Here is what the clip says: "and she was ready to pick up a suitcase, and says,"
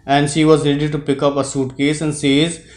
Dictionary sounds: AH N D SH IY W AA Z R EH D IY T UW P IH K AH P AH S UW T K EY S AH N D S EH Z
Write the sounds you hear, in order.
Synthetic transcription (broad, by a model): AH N D SH IY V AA Z R EH D IY T UW P IH K AH P AH S UW T K EY S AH N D S EH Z